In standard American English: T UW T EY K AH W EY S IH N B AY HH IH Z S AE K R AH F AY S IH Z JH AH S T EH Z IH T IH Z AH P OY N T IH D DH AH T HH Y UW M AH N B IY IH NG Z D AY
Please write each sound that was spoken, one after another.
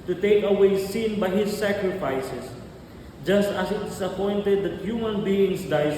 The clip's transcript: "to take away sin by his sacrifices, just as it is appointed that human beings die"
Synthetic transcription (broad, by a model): T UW T EY K AH W EY S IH N B AY HH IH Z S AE K R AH F AY S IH S JH AH S T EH S IH T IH S AH P OY N T IH D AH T HH Y UW M AH N B IY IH NG S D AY